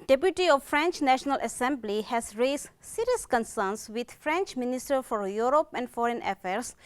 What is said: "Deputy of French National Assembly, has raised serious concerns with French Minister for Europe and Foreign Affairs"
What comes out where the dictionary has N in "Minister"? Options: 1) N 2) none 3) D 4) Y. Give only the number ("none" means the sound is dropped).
1